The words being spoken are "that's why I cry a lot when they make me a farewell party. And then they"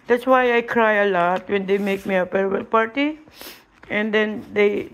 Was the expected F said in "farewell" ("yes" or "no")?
no